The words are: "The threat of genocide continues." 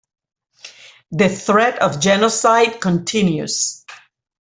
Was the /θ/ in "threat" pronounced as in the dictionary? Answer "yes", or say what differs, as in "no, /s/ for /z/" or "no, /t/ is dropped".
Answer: yes